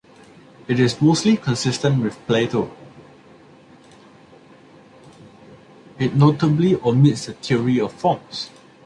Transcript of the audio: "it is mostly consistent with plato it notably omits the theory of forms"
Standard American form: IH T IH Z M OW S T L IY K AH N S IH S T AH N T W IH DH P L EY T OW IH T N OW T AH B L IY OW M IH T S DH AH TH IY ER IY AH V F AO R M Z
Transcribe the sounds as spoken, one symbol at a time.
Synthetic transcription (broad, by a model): IH T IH S M OW S T L IY K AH N S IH S T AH N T W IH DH P L EY T OW IH T N OW T AH B L IY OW M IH T S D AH T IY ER IY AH F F AO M S